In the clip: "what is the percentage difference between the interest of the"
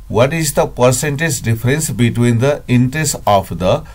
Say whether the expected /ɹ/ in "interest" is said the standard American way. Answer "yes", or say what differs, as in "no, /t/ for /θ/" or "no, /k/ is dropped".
yes